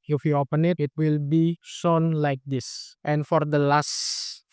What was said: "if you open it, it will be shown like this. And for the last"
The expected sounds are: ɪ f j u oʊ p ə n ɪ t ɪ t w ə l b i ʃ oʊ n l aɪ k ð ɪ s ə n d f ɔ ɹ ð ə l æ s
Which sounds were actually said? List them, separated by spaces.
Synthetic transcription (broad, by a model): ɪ f j u oʊ p ə n ɪ t ɪ t w ə l b i s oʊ n l aɪ k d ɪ s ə n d f ɔ ɹ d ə l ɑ s